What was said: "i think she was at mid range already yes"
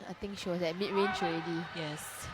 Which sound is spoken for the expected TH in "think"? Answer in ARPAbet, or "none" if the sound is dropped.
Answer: T